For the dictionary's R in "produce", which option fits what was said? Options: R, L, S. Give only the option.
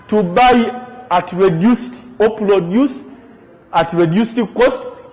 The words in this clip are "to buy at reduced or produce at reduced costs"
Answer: L